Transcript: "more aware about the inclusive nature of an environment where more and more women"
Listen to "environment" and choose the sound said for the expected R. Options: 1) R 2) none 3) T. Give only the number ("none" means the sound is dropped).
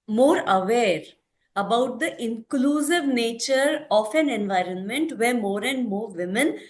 1